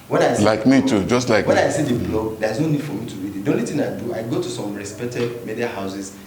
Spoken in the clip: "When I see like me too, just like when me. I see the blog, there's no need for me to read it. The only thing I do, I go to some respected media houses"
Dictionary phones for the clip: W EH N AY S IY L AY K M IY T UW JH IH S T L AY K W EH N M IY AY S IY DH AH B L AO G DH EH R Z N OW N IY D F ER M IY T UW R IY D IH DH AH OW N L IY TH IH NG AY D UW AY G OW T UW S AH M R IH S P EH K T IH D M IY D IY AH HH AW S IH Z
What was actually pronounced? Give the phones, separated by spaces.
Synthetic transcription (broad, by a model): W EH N AY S L AY K M IY T UW JH IH S T L AY K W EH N AY S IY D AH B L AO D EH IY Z N OW N IY D F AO M IY T UW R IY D IH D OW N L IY T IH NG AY D UW AY G OW T UW S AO M R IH S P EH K T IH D M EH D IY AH HH AW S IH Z